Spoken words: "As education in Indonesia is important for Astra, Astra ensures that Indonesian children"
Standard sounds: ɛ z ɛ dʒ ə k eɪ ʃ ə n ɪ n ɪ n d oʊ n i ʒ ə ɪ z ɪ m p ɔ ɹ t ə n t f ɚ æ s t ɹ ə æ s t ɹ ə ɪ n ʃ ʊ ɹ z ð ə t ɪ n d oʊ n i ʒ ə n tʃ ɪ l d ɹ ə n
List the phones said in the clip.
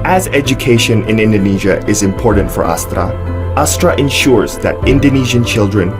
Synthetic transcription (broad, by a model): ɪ z ɛ dʒ ə k eɪ ʃ ə n ɪ n ɪ n d oʊ n i ʒ ə ɪ z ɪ m p ɔ ɹ t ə n t f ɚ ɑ s t ɹ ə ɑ s t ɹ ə ɪ n ʃ ʊ ɹ z ð ə t ɪ n d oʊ n i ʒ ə n tʃ ɪ l d ɹ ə n